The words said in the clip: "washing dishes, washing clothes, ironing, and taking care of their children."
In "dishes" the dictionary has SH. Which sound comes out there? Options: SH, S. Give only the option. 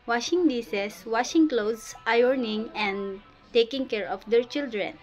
S